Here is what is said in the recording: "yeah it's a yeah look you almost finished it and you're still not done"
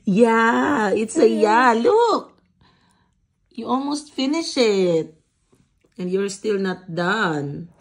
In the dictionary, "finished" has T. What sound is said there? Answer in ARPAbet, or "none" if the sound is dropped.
none